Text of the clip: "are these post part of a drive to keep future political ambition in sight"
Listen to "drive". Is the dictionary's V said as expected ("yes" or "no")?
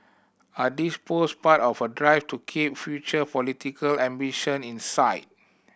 no